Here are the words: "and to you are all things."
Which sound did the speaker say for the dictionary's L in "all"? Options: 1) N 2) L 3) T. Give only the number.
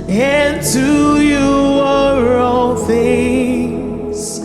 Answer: 1